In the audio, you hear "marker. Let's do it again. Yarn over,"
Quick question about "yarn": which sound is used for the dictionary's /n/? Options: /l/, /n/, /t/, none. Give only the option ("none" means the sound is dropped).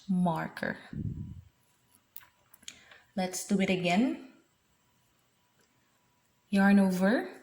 /n/